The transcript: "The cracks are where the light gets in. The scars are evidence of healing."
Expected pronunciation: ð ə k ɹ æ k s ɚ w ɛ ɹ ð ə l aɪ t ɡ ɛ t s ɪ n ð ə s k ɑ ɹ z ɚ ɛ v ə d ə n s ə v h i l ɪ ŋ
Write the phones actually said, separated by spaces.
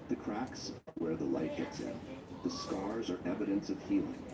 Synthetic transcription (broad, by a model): ð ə k ɹ æ k s w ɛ ɹ ð ə l aɪ t ɡ ɛ t s ɪ n ð ə s k ɑ ɹ z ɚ ɛ v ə d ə n s ə v h i l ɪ ŋ